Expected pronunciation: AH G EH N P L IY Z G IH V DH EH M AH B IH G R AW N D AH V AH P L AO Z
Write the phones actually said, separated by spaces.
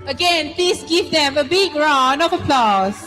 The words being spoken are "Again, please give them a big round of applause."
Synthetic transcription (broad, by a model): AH G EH N P L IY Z G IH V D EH M AH B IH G R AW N AH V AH P L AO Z